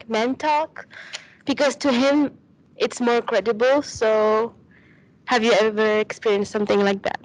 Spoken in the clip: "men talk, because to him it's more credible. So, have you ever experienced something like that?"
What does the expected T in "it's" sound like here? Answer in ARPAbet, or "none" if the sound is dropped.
T